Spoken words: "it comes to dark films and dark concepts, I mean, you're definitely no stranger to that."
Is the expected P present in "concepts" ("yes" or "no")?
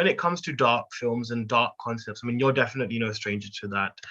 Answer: yes